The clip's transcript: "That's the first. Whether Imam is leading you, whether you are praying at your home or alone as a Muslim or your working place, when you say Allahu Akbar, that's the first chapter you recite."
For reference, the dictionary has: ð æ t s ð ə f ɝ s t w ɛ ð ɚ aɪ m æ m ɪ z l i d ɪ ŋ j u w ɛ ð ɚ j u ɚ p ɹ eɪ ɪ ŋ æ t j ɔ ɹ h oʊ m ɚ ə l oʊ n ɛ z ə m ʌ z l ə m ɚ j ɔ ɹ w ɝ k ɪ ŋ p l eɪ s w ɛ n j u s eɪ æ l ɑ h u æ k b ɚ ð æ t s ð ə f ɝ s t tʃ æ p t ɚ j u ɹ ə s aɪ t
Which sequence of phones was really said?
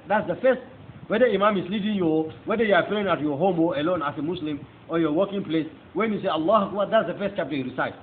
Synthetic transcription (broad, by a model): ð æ t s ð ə f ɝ s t w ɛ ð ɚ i m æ m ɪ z l i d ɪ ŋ j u w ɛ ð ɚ j u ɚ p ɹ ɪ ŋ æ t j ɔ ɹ h oʊ m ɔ ə l oʊ n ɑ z ə m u s l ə m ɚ j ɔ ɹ w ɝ k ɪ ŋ p l eɪ s w ɛ n j u s eɪ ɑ l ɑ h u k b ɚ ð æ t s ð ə f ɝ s t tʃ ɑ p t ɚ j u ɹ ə s aɪ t